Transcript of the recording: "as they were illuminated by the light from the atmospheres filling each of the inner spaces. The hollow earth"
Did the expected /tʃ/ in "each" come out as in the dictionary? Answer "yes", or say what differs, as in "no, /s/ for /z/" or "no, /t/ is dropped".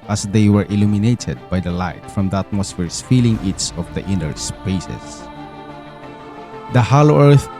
no, /s/ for /tʃ/